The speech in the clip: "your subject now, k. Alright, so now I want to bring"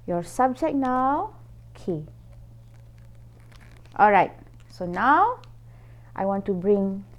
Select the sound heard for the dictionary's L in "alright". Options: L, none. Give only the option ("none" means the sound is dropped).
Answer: L